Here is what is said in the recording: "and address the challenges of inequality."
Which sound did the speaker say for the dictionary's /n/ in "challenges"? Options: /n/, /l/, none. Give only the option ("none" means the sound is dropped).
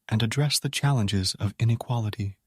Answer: /n/